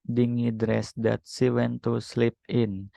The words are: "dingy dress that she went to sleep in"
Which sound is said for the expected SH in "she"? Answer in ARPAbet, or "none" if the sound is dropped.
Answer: S